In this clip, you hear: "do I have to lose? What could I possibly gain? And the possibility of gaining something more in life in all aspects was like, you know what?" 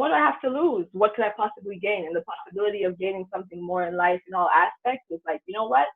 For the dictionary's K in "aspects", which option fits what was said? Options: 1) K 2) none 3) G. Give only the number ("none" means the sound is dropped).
1